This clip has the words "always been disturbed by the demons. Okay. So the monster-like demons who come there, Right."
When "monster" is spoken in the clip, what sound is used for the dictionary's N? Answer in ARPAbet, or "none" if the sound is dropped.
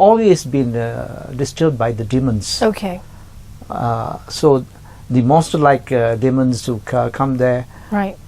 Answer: none